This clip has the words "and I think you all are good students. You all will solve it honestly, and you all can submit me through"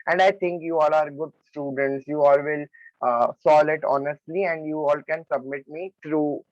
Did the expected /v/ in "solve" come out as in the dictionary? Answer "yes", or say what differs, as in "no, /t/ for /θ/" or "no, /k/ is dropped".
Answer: no, /v/ is dropped